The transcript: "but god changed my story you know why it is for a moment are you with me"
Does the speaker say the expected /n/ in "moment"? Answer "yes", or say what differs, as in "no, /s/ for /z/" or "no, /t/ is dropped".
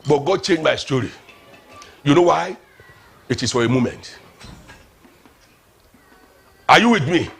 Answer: yes